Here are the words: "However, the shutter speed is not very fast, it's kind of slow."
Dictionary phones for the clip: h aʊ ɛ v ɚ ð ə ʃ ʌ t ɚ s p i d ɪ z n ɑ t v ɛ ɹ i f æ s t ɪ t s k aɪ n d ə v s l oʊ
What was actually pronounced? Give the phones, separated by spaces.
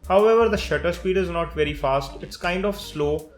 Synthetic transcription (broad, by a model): h aʊ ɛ v ɚ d ə ʃ ʌ t ɚ s p i d ɪ z n ɑ t v ɛ ɹ i f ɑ s t ɪ t s k aɪ n d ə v s l oʊ